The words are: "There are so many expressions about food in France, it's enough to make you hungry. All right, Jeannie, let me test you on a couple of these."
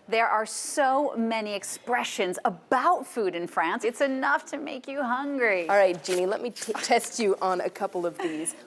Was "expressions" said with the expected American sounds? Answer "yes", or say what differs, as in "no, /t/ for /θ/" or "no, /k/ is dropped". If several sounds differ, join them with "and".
yes